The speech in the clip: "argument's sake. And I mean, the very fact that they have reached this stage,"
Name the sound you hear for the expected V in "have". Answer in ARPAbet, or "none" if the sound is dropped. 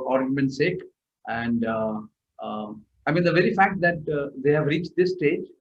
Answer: V